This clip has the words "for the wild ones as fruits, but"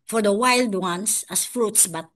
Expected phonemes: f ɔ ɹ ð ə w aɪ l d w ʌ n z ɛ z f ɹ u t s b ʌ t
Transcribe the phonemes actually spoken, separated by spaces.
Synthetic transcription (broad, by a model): f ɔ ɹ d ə w aɪ l d w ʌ n s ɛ s f ɹ u t s b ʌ t